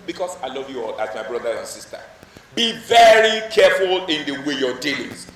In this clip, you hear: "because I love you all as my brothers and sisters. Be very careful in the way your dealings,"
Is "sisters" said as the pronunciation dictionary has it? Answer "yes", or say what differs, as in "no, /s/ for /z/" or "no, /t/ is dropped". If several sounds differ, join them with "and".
no, /z/ is dropped